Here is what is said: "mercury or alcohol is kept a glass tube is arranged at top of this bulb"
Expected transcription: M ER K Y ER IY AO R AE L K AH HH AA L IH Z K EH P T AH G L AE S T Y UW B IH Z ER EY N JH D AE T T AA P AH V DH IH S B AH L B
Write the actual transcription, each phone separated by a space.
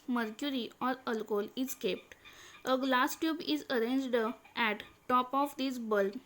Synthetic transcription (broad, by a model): M ER K Y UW IY AO R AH L K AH L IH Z K EH P T AH G L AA S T Y UW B IH Z ER EY N JH D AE T T AA P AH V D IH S B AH L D